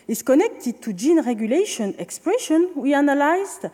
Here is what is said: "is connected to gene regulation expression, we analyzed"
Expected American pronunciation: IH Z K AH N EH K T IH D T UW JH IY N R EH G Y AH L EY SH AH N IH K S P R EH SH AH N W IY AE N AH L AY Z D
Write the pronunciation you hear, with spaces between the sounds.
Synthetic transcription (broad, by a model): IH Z K AH N EH K T IH D T UW JH IY N R EH G Y AH L EY SH AH N IH K S P R EH SH AH N W IY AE N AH L AY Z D